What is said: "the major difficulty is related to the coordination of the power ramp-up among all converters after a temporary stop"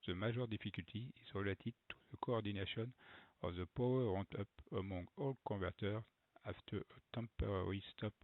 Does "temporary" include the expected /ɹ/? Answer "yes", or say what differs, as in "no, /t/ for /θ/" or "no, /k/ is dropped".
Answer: yes